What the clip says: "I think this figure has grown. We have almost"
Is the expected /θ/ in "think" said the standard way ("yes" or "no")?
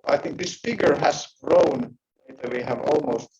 yes